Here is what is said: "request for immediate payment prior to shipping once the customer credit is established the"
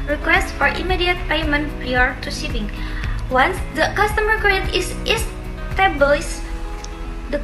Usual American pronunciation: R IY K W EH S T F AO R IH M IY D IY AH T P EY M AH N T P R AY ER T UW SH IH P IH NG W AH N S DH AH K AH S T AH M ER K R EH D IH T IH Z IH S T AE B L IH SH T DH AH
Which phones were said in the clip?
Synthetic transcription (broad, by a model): R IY K W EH S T F AO R IH M IY D IY AH T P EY M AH N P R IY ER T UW S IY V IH NG W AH N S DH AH K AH S T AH M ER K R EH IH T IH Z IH S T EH B IH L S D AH